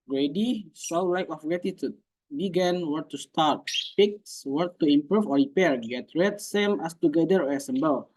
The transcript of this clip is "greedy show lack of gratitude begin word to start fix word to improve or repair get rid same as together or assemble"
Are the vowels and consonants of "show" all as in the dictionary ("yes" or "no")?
no